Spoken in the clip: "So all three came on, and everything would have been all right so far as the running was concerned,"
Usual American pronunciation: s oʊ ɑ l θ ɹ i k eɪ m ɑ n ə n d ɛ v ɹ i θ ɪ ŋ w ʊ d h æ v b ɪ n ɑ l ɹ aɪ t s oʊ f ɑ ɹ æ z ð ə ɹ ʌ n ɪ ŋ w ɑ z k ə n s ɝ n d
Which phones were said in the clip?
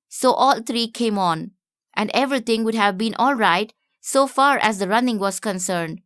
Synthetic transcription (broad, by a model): s oʊ ɑ l t ɹ i k eɪ m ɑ n ə n d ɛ v ɹ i t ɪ ŋ w ʊ d h æ v b ɪ n ɑ l ɹ aɪ t s oʊ f ɑ ɹ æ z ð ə ɹ ʌ n ɪ ŋ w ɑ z k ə n s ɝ n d